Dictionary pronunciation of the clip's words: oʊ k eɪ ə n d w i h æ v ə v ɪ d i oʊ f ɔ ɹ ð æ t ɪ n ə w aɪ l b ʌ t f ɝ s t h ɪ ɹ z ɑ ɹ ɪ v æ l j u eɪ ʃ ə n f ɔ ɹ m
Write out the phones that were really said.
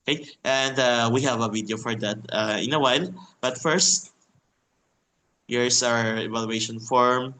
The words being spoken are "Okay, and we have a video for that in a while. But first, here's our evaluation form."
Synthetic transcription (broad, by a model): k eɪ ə n d w i h æ v ə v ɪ d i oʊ f ɔ ɹ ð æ t ɪ n ə w aɪ l b ʌ t f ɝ s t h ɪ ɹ s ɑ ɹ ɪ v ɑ l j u eɪ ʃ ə n f ɔ ɹ m